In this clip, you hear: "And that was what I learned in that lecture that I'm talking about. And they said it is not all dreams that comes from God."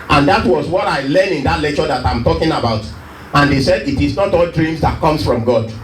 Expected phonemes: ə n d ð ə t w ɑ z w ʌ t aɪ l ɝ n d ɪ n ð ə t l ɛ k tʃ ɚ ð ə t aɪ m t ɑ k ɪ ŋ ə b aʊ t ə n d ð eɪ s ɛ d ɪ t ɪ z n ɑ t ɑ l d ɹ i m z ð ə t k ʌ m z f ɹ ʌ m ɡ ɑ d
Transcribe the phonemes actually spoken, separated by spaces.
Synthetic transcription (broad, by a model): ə n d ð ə t w ɑ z w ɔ t aɪ l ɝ n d ɪ n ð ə t l ɛ k tʃ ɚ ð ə t aɪ m t ɑ k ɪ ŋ ə b aʊ t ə n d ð eɪ s ɛ d ɪ t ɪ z n ɑ t ɑ l d ɹ i m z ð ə t k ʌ m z f ɹ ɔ m ɡ ɑ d